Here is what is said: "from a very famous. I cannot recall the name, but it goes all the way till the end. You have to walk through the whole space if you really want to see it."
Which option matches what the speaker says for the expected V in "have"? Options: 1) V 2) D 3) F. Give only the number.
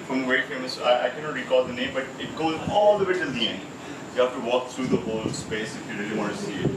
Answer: 3